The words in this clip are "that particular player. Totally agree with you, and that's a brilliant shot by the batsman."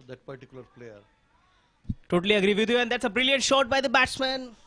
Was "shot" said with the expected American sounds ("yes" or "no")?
yes